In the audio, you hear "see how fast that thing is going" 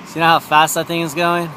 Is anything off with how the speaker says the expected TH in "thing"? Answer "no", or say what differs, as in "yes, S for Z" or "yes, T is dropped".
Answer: no